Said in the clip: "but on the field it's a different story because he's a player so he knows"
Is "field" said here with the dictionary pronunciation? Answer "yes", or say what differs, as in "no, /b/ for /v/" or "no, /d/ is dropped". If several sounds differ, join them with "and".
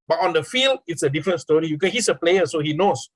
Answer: yes